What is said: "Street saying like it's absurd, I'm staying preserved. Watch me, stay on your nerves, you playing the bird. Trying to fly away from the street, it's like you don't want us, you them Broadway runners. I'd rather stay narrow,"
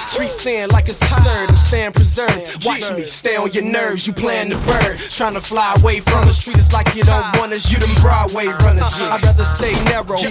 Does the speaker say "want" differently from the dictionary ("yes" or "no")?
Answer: yes